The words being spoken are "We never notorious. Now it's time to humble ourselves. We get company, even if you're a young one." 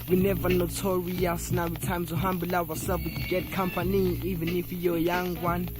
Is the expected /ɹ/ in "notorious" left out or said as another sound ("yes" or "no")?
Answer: yes